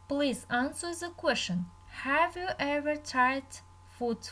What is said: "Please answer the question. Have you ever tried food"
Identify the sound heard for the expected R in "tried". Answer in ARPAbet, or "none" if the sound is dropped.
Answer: none